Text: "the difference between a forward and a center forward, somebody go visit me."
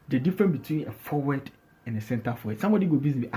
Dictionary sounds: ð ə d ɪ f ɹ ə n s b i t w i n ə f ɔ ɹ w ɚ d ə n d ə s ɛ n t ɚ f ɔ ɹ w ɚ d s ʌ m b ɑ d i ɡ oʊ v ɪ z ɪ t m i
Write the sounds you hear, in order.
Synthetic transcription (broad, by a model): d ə d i f ɹ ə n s b i t w i n ə f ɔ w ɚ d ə n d ə s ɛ n t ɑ f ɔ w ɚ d s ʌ m b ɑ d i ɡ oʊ b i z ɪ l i